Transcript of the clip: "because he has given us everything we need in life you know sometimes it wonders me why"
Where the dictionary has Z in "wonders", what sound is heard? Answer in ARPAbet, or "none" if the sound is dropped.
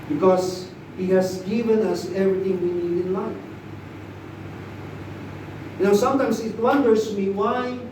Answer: S